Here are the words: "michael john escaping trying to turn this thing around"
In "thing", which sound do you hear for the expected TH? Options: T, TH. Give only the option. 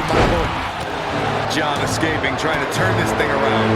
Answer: TH